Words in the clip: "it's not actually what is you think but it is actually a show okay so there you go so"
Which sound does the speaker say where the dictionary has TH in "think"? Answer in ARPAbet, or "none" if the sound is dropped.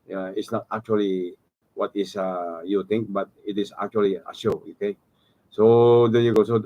T